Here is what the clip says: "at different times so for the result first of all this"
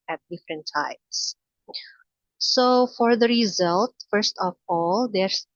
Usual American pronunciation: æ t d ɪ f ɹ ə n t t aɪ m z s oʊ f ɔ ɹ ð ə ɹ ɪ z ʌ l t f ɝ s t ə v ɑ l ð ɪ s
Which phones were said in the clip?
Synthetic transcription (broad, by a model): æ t d ɪ f ɹ ə n t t aɪ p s s oʊ f ɔ ɹ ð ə ɹ ɪ z ʌ l t f ɝ s t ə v ɑ l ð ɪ s